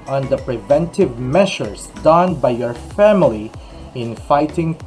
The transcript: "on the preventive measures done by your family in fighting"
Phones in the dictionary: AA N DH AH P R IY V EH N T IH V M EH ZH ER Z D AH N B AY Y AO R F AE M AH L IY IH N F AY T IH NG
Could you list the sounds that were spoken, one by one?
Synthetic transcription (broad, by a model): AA N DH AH P R IY V EH N T IH V M EH SH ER S D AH N B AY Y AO R F AE M AH L IY IH N F AY T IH NG